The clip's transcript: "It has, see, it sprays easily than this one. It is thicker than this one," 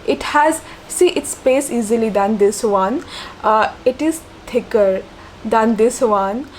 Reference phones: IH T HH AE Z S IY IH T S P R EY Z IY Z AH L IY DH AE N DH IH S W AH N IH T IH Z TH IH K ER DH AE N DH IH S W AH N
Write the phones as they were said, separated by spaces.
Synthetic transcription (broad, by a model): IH T HH AE Z S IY IH T S P EY S IY Z AH L IY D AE N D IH S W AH N IH T IH Z T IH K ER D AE N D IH S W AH N